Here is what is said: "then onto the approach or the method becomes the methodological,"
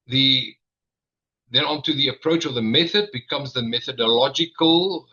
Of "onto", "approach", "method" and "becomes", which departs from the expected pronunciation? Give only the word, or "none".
none